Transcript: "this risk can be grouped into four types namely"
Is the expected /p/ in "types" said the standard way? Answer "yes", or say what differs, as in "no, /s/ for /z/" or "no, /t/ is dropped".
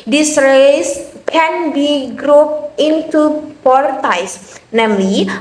no, /p/ is dropped